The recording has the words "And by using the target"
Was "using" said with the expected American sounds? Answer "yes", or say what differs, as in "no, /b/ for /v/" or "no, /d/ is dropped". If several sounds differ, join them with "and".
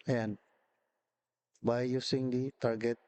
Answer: no, /s/ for /z/